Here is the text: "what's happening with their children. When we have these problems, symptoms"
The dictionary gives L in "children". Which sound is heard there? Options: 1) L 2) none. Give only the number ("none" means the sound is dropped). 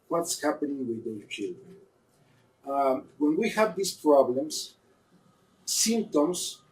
1